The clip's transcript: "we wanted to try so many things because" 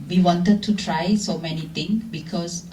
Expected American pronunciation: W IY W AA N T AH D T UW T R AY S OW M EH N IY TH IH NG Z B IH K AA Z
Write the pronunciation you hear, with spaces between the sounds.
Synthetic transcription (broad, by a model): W IY W AA N T AH D T UW T R AY S OW M EH N IY T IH NG B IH K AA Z